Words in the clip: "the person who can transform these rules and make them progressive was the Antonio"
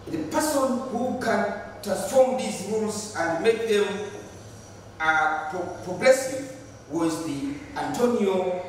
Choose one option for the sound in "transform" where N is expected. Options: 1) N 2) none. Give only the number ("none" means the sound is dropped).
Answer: 2